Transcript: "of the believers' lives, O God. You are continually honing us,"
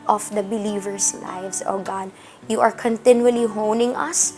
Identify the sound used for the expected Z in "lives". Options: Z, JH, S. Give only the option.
S